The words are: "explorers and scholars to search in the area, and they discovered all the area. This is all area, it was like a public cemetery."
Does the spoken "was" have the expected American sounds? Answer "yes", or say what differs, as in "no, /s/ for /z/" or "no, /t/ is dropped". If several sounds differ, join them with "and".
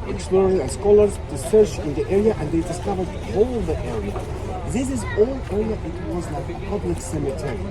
yes